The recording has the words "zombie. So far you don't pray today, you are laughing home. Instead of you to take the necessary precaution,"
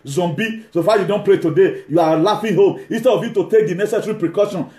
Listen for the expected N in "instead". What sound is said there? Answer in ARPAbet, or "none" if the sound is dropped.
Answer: N